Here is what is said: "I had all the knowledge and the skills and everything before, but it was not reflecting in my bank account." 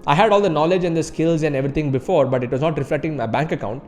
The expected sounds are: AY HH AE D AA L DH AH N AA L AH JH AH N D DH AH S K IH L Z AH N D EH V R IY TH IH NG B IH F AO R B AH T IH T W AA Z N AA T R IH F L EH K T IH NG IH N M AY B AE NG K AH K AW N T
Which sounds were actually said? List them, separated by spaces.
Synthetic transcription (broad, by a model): AY HH AE D AA L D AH N AA L AH JH AH N D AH S K IH L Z AH N D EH V R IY T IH NG B IH F AO R B AH T IH T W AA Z N AA T R IH F L EH K T IH NG M AY B AE NG K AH K AW N T